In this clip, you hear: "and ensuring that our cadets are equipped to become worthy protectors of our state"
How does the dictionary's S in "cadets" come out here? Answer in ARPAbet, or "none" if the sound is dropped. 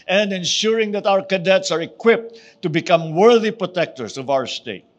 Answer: S